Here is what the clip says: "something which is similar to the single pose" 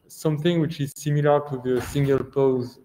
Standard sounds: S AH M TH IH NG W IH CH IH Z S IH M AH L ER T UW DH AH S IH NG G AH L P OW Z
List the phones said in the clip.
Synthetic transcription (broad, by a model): S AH M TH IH NG W IH CH IH Z S IH M AH L ER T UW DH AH S IH NG G AH L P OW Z